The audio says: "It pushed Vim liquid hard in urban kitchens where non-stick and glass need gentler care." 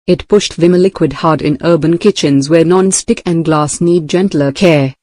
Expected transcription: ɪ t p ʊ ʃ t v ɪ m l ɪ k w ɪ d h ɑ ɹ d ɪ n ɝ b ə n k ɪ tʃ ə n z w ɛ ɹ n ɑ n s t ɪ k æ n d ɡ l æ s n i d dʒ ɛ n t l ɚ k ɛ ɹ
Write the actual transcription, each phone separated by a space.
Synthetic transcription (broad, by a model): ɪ t p ʊ ʃ t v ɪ m l ɪ k w ɪ d h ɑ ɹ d ɪ n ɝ b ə n k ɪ tʃ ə n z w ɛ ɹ n ɑ n s t ɪ k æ n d ɡ l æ s n i d dʒ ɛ n t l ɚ k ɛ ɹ